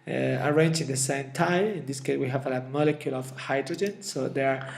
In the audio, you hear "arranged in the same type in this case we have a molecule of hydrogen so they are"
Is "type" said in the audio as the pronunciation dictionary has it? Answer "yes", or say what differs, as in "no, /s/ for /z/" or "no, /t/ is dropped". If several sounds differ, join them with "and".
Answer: no, /p/ is dropped